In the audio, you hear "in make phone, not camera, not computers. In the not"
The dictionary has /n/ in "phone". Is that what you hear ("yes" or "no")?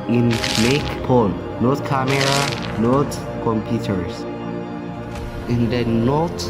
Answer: no